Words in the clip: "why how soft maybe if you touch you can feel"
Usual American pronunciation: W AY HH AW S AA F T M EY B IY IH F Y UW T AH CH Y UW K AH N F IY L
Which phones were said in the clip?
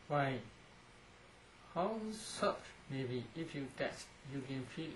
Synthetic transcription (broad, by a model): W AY HH AW S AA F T M EY B IY IH F Y UW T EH S Y UW K AH N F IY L